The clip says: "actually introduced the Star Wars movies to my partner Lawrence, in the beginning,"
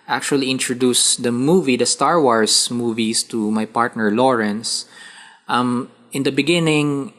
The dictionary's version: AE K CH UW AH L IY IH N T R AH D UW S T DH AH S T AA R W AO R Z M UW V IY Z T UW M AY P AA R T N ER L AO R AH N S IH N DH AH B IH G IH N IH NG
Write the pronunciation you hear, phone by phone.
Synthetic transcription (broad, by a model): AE K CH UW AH L IY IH N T R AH D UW S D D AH S T AA R W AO R S M UW V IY S T UW M AY P AA R T N ER L AO R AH N S IH N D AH B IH G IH N IH NG